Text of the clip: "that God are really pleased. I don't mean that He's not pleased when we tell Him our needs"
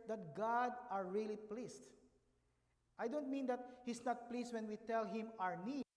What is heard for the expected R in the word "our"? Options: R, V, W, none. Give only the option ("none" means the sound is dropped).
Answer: R